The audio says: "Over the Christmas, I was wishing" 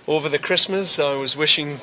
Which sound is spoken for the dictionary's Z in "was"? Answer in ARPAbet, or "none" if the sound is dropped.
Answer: Z